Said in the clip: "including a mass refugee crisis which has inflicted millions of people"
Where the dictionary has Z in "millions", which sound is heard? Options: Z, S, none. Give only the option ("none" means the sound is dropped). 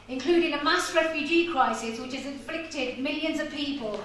Z